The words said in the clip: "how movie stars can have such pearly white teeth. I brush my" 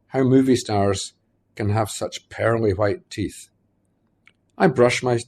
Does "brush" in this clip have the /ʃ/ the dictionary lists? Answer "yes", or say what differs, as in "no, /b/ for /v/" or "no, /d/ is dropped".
yes